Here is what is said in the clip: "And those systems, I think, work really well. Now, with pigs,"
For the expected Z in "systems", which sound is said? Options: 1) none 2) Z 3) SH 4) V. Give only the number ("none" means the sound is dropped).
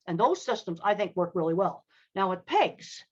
2